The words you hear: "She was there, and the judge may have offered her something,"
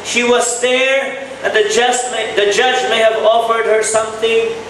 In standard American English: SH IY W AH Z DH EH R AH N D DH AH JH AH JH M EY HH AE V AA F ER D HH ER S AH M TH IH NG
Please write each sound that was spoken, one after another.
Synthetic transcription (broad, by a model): SH IY W AH Z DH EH R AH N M DH AH JH AH JH M EY HH AE V AA F ER D HH ER S AH M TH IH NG